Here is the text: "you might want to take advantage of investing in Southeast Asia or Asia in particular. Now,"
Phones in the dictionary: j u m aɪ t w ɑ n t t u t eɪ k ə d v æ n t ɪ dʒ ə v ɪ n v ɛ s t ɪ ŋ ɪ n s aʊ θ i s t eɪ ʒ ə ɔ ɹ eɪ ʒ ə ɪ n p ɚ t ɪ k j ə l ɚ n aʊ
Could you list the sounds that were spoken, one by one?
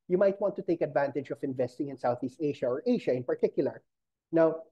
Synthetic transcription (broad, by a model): j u m aɪ t w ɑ n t t u t eɪ k ə d v æ n t ɪ dʒ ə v ɪ n v ɛ s t ɪ ŋ ɪ n s aʊ θ i s t eɪ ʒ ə ɔ ɹ eɪ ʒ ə ɪ n p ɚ t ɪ k j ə l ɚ n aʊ